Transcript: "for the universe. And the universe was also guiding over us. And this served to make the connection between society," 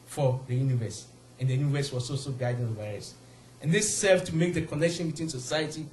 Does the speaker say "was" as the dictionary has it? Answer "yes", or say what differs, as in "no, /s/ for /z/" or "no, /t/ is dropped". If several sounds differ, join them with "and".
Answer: no, /s/ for /z/